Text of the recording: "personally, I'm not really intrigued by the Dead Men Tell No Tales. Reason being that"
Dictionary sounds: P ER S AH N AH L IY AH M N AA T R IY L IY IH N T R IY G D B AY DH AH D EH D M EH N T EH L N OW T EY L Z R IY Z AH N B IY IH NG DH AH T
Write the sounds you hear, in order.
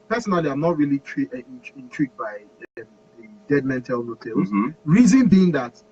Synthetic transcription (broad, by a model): P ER S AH N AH L IY AH M N AA T R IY L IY IH N T R IY G D B AY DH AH D EH D M EH N T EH L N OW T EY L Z R IY Z AH N B IY IH NG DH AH T